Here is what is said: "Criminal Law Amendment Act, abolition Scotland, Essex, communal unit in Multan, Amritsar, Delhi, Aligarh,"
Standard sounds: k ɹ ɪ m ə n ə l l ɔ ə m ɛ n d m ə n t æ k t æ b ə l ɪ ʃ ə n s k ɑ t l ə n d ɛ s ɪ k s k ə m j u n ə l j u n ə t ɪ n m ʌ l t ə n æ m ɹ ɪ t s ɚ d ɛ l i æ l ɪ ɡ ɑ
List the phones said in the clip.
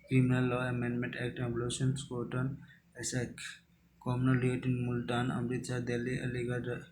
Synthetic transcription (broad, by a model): k ɹ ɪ m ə n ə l l ɔ ə m ɛ n d m ə n t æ k t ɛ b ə l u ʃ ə n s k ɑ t ə n ɛ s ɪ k k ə m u n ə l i ə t ɪ n m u l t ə n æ m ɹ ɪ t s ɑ d ɛ l i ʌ l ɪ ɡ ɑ